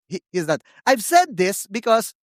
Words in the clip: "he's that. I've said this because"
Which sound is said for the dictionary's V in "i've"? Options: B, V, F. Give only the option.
V